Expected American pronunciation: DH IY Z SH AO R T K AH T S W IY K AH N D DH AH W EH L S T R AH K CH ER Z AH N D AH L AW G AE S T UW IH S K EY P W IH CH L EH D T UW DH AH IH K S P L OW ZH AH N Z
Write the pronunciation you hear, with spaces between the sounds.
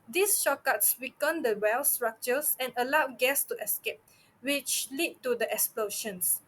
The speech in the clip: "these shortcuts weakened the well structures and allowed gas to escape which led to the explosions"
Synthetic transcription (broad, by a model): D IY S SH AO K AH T S W IY K AH N D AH W EH L S T R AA K CH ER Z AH N AH L AW G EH S T UW IH S K EY P W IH CH L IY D T UW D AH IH K S P L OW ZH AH N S